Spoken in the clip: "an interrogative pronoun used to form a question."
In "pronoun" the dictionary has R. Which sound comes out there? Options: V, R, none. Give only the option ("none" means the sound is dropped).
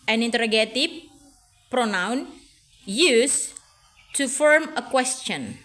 R